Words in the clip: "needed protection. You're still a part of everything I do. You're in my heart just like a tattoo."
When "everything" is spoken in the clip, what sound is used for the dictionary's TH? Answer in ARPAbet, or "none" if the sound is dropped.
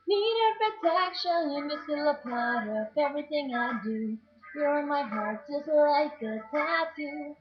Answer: TH